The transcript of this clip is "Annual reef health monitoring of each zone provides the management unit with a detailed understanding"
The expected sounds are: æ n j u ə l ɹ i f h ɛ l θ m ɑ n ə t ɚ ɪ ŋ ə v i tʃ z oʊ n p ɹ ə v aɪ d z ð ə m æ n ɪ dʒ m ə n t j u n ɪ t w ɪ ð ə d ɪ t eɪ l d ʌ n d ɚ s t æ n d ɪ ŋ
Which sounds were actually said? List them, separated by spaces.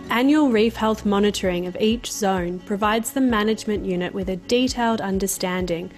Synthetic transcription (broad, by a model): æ n j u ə l ɹ i f h ɛ l θ m ɑ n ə t ɚ ɪ ŋ ə v i tʃ z oʊ n p ɹ ə v aɪ d z ð ə m æ n ɪ dʒ m ə n t j u n ɪ t w ɪ ð ə d ɪ t eɪ l d ʌ n d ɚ s t æ n d ɪ ŋ